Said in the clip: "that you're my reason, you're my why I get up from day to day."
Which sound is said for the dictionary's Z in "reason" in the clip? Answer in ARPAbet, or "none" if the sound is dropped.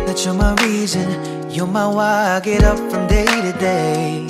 Z